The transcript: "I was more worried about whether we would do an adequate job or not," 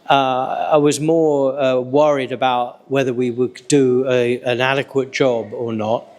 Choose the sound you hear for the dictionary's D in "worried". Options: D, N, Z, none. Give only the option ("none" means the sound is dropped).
D